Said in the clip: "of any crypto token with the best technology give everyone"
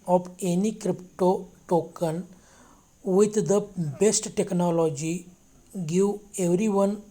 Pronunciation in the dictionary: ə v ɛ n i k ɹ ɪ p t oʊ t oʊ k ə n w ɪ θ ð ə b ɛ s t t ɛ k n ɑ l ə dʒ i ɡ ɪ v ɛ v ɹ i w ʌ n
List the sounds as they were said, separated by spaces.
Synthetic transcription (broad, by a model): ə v ɛ n i k ɹ ɪ p t oʊ t oʊ k ə n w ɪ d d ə b ɛ s t t ɛ k n ɑ l ə dʒ i ɡ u ɛ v ɹ i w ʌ n